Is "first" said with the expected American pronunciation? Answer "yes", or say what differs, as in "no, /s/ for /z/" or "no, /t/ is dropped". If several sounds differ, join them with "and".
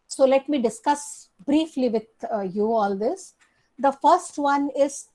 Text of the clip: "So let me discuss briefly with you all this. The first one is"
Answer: yes